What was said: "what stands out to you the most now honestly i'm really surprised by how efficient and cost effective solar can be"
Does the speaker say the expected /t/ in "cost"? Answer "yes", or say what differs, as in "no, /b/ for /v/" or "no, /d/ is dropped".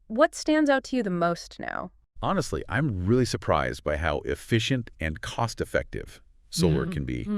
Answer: yes